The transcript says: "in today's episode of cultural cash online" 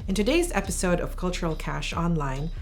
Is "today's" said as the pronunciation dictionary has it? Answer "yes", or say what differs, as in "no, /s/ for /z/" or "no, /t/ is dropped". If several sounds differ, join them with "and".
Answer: yes